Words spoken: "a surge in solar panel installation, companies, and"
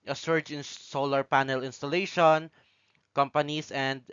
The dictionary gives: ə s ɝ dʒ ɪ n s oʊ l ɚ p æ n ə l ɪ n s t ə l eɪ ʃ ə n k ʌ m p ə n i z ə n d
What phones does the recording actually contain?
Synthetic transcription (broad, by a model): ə s ɝ dʒ ɪ n s oʊ l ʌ p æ n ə l ɪ n s t ə l eɪ ʃ ə n k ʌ m p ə n i s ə n d